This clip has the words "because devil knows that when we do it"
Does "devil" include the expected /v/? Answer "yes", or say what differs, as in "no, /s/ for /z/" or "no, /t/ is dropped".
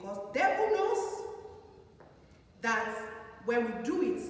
no, /f/ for /v/